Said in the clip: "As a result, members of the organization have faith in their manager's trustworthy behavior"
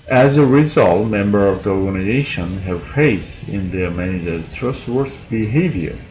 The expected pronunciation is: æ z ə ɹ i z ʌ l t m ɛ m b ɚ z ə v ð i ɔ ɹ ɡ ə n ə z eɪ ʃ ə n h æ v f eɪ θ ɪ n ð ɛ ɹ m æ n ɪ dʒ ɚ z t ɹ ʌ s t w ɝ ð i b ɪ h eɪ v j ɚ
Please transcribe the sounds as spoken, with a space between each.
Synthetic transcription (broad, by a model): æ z ə ɹ i z ʌ l t m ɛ m b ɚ ə v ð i ɔ ɹ ɡ ə n ə z eɪ ʃ ə n h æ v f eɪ t ɪ n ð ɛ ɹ m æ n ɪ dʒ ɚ t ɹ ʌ s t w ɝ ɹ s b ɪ h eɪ v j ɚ